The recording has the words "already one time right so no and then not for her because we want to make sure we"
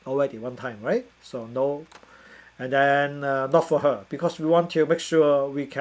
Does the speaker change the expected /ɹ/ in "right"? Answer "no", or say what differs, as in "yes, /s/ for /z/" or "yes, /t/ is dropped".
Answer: no